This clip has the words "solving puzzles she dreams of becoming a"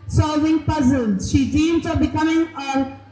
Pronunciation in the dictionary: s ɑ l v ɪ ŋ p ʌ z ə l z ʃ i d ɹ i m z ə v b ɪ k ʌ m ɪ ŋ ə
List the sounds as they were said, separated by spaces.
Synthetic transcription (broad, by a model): s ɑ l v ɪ ŋ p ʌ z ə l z ʃ i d i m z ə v b ɪ k ʌ m ɪ ŋ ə